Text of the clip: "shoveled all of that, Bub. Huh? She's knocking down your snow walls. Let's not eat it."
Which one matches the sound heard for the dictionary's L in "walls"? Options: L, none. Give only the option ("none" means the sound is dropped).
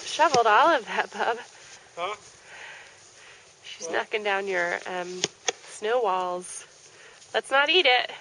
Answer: L